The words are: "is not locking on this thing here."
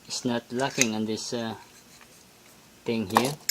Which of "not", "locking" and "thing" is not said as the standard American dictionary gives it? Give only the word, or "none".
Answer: thing